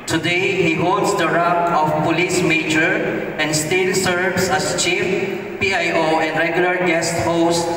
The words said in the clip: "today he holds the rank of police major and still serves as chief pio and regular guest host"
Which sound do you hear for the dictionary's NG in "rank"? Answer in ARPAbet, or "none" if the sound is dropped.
none